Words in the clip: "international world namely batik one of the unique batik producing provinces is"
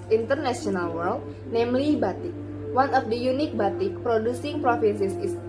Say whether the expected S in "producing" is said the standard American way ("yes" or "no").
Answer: yes